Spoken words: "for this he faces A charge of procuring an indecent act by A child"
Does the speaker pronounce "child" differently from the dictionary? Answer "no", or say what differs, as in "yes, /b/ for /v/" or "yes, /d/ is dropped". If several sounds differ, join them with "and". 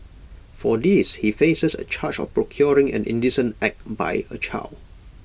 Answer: yes, /d/ is dropped